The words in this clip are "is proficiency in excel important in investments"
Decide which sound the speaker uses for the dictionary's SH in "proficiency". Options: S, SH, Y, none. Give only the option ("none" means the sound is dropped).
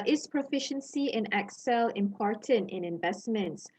SH